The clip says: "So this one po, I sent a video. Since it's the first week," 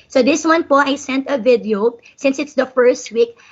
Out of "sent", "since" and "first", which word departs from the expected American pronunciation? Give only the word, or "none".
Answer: none